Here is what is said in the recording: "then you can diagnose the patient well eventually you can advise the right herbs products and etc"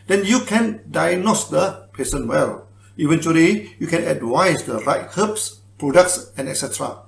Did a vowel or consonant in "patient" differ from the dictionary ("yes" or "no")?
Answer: yes